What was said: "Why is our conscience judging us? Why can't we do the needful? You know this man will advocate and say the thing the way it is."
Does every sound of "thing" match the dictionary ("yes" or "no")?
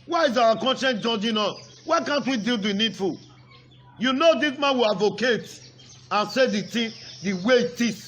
no